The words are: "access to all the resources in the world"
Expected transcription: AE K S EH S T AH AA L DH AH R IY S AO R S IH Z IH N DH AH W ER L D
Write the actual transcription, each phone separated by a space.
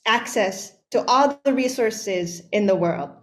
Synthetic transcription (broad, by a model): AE K S EH S T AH AA L DH AH R IY S AO R S IH Z IH N DH AH W ER L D